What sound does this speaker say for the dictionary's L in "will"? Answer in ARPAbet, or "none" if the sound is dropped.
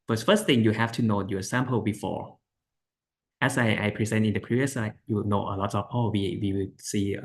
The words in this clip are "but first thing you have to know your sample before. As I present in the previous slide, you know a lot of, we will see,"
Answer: W